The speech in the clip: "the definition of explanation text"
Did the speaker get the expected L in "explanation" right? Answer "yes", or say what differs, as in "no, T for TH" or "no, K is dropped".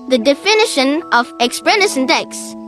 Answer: no, L is dropped